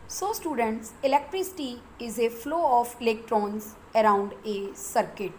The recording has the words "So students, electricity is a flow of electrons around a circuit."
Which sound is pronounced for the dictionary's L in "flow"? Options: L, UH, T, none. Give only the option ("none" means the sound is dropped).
L